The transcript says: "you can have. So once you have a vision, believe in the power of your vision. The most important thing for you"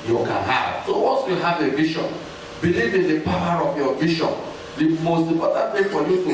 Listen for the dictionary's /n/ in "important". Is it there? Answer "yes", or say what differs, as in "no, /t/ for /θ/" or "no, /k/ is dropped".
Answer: no, /n/ is dropped